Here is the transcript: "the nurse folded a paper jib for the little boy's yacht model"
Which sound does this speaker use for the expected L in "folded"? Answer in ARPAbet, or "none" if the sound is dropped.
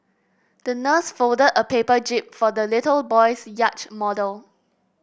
L